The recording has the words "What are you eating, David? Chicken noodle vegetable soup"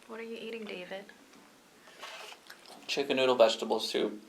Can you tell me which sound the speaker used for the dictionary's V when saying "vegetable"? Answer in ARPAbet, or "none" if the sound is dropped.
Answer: V